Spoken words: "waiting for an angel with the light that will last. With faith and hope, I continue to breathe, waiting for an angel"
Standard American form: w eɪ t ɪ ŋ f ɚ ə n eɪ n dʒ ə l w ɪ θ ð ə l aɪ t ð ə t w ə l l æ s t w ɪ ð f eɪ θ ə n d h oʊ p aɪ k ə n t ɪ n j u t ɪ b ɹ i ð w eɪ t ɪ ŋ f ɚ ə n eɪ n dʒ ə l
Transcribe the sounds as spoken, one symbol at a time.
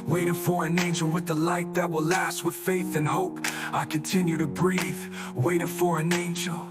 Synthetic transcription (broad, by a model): w eɪ t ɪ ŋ f ɚ ə n eɪ n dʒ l w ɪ ð ə l aɪ t ð ə t w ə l l æ s t w ɪ ð f eɪ θ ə n h oʊ p aɪ k ə n t ɪ n j u t ɪ b ɹ i ð w eɪ t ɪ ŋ f ɚ ə n eɪ n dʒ l